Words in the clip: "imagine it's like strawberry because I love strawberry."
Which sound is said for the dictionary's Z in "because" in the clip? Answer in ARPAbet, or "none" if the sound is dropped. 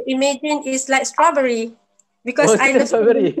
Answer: none